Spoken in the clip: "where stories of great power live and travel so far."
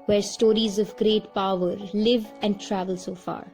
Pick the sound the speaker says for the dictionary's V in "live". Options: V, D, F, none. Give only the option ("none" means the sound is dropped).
V